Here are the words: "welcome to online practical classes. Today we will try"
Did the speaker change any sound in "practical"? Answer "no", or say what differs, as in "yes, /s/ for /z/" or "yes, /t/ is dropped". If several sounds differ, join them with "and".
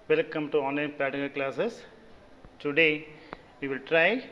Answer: yes, /ɹ/ is dropped and /k/ is dropped